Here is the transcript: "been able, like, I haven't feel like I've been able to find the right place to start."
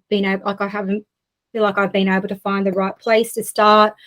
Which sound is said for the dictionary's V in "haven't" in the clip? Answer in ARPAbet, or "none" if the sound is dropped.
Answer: V